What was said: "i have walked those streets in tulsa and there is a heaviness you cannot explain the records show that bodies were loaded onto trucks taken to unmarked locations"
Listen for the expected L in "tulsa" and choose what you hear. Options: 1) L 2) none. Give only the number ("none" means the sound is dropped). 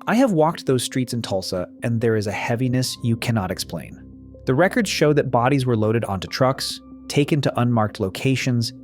1